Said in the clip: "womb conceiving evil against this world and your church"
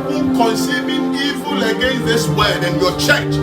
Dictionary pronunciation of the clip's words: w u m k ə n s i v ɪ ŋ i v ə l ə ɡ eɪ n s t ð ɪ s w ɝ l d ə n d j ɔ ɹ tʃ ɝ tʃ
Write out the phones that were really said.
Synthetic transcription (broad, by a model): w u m k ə n s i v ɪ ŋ i v ə l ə ɡ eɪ n s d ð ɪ s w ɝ d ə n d j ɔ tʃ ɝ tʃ